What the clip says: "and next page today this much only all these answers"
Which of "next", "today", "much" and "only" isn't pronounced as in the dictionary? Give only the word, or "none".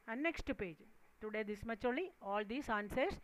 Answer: only